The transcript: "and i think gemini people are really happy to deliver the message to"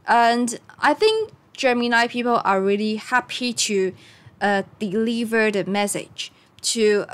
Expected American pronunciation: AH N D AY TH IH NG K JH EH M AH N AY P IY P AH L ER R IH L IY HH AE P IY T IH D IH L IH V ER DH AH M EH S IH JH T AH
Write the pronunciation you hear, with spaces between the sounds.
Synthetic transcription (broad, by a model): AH N AY TH IH NG K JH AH M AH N AY P IY P AH L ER R IH L IY HH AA P IY T IH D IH L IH V ER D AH M EH S IH JH T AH